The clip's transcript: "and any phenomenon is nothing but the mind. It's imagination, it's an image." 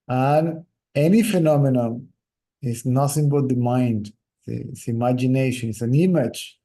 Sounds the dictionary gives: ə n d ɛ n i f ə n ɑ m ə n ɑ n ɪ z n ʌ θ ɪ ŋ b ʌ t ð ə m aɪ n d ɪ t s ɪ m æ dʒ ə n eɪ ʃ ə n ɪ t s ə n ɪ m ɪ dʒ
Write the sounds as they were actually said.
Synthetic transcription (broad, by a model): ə n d ɛ n i f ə n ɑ m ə n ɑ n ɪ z n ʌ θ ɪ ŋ b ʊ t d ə m aɪ n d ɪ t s ɪ m æ dʒ ə n eɪ ʃ ə n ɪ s ə n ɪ m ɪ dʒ